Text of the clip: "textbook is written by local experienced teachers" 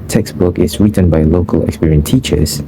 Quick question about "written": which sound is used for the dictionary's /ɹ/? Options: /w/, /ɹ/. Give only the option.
/ɹ/